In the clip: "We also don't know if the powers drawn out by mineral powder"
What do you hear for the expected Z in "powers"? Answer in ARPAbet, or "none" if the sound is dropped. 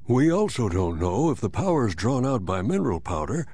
Z